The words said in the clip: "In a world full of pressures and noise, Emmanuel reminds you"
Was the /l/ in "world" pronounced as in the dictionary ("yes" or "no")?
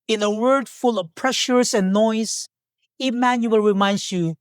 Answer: no